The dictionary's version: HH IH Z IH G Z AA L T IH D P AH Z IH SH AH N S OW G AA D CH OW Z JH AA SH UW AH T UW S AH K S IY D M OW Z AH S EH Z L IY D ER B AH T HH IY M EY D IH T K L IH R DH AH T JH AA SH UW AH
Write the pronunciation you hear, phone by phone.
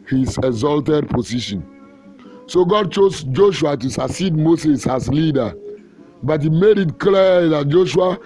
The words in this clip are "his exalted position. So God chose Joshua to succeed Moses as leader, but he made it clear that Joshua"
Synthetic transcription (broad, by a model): HH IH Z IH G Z AA L T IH D P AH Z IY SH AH N S OW G AA D CH OW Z JH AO SH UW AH T UW S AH S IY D M OW S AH S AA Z L IY D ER B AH T HH IY M EY D IH T K L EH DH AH T JH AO SH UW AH